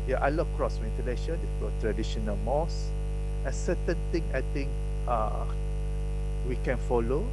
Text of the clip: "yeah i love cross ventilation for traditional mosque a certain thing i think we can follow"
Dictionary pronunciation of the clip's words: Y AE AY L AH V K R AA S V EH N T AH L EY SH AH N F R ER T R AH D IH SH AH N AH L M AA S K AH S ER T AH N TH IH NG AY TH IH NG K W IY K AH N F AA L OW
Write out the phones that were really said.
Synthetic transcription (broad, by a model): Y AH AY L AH K R AA S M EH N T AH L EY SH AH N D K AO T R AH D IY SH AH N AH L M AA S AH S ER T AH N T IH NG AY T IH NG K W IY K AH N F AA L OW